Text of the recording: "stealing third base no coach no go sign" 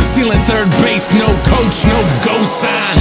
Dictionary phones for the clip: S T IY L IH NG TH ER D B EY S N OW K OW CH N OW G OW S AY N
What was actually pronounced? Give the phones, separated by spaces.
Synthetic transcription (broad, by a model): S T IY L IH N TH ER D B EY S N OW K OW CH N OW G OW S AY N